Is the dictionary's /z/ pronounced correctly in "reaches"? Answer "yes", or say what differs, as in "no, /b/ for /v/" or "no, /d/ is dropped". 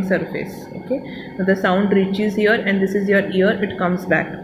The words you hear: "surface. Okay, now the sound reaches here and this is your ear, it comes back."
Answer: yes